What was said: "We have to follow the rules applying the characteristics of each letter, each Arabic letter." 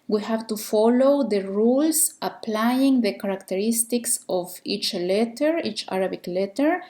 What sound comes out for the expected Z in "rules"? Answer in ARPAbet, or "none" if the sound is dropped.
S